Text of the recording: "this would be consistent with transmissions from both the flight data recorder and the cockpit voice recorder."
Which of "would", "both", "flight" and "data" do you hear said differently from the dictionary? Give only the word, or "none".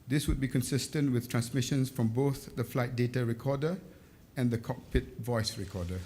none